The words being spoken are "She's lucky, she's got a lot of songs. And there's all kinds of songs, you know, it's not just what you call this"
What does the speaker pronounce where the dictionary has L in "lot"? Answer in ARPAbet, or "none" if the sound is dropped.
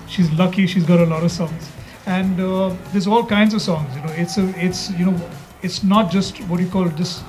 L